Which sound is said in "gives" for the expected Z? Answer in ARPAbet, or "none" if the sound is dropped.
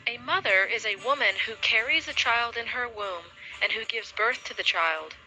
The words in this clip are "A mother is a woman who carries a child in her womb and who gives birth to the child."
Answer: Z